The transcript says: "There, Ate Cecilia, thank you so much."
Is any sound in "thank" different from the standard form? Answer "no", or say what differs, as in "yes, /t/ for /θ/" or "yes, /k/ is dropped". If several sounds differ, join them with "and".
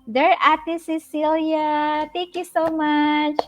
yes, /t/ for /θ/